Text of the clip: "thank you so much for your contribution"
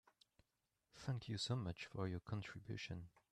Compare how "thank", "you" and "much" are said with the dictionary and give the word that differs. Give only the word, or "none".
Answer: none